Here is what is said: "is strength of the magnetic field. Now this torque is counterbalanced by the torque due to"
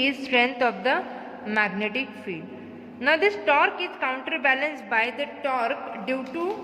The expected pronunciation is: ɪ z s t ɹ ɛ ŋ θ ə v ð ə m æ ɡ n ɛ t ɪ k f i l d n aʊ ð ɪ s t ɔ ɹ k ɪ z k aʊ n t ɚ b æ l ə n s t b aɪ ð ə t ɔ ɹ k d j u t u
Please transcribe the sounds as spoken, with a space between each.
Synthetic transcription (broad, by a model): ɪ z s t ɹ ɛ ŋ t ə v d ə m æ ɡ n ɛ t ɪ k f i d n aʊ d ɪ s t ɔ ɹ k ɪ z k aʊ n t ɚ b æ l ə n s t b aɪ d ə t ɔ ɹ k d j u t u